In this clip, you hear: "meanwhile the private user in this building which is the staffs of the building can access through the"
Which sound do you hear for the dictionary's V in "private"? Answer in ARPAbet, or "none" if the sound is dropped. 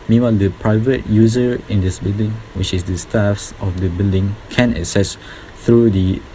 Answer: V